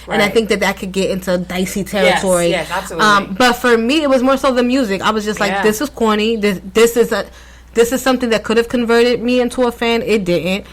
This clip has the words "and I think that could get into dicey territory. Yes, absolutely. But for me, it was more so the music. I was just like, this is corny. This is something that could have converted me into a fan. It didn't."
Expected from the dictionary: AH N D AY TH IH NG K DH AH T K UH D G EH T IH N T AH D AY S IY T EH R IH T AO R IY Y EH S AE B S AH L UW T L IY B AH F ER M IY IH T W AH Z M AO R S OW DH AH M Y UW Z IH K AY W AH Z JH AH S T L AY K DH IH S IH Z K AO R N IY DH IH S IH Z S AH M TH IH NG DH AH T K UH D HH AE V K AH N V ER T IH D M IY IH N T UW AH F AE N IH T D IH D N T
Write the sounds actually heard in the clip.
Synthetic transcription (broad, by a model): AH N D AY TH IH NG K DH AH T K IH D G EH T IH N T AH D AY S IY T EH R IH T AO R IY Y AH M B AH T F ER M IY IH T W AH Z M AO R S OW DH AH M Y UW Z IH K AY W AH Z JH AH S T L AY K DH IH S IH Z K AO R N IY DH IH S IH Z S AH M TH IH NG DH AH T K UH D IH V K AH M V ER T IH D M IY IH N T UW AH F AE N IH T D IH D N T